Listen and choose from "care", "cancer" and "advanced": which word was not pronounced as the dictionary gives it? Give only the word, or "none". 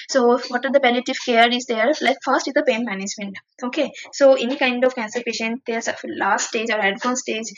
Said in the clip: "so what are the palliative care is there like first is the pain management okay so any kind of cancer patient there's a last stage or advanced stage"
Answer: advanced